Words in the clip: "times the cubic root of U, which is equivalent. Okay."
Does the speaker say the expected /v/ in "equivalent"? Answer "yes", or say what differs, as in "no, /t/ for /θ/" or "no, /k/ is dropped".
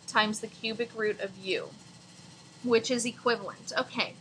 yes